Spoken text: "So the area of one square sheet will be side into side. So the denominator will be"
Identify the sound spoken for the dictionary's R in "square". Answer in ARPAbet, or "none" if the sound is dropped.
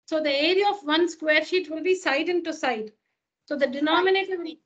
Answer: R